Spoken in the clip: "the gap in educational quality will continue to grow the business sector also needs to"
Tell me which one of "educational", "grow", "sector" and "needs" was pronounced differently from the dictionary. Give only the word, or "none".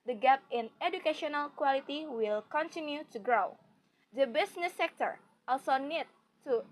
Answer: needs